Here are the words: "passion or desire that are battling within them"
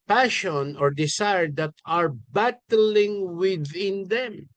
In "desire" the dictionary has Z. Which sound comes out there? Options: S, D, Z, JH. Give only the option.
S